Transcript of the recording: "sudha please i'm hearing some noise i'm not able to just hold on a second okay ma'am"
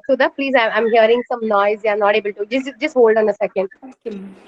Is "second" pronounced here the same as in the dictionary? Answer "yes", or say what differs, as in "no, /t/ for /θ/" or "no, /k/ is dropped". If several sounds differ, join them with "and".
yes